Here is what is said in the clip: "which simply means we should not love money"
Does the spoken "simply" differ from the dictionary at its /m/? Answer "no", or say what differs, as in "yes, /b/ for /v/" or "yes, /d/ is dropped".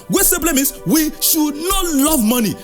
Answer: yes, /m/ is dropped